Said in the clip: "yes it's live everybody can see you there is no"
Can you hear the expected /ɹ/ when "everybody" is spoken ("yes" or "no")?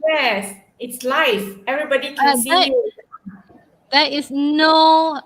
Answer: yes